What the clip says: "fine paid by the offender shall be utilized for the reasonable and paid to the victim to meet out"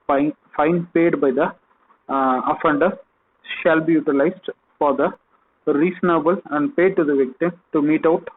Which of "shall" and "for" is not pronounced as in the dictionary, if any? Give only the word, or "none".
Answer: none